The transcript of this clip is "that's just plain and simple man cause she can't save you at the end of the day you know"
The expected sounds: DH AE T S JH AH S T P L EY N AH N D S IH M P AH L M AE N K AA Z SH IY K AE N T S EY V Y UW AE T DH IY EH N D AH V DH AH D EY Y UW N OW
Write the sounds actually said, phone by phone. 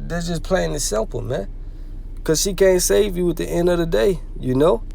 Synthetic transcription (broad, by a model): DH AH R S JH AH S P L EY AH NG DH S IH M P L M AE N K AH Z SH IY K AE N T S EY V Y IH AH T DH IY EH N D AH V DH AH D EY Y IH N OW